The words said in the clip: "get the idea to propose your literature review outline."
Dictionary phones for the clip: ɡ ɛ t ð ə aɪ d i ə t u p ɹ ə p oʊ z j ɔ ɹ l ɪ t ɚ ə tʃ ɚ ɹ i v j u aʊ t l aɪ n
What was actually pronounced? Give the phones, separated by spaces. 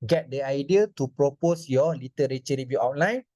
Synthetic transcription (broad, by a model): ɡ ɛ t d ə aɪ d i ə t u p ɹ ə p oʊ s j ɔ l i t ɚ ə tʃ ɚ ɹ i b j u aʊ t l aɪ n